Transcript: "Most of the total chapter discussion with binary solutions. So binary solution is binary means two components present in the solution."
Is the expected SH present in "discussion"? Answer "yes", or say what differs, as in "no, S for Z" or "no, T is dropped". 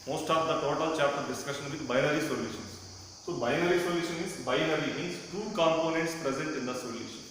yes